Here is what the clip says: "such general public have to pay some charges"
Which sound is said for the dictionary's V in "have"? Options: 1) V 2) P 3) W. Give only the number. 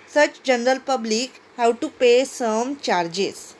3